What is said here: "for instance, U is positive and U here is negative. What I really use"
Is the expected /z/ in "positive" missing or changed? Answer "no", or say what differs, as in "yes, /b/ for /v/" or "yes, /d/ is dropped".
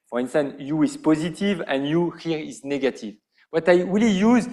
no